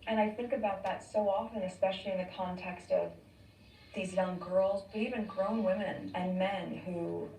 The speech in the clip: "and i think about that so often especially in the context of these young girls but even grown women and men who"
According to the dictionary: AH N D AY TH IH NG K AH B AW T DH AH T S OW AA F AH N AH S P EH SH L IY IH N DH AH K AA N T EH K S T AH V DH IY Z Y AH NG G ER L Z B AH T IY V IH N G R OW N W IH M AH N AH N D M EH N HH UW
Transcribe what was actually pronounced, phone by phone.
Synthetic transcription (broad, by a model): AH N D AY TH IH NG K AH B AW T DH AH T S OW AA F AH N AH S P EH SH L IY IH N DH AH K AA N T EH K S T AH V DH IY Z Y AH NG G ER L Z B AH T IY V IH N G R OW N W IH M AH N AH N M EH N HH UW